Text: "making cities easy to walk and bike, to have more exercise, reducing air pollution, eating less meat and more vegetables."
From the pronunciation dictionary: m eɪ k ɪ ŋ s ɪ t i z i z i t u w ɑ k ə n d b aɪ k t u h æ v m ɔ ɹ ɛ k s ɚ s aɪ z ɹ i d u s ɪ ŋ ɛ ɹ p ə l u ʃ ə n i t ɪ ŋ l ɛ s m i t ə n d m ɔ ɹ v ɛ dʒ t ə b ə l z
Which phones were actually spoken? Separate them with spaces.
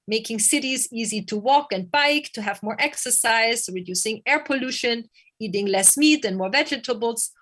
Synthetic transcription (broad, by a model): m eɪ k ɪ ŋ s ɪ t i z i z i t u w ɑ k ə n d b aɪ k t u h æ v m ɔ ɹ ɛ k s ɚ s aɪ z ɹ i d u s ɪ ŋ ɛ ɹ p ə l u ʃ ə n i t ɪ ŋ l ɛ s m i t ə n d m ɔ ɹ v ɛ dʒ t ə b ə l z